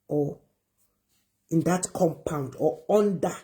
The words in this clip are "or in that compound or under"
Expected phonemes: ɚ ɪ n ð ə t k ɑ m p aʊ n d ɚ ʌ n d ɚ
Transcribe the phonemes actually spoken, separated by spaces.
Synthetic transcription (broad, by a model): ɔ ɪ n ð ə t k ɑ m p aʊ n d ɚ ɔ n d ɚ